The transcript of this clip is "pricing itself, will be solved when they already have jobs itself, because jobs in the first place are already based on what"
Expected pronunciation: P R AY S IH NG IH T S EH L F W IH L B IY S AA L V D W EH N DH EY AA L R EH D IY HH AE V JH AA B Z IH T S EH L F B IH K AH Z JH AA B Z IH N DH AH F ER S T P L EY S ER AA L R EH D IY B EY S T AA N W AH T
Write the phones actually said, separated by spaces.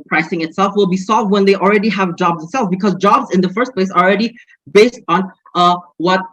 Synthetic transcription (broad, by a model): P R AY S IH NG IH T S EH L F W IH L B IY S AA L V D W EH N DH EY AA L R EH D IY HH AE V JH AA B Z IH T S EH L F B IH K AH Z JH AA B Z IH N DH AH F ER S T P L EY S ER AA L R EH D IY B EY S T N W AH T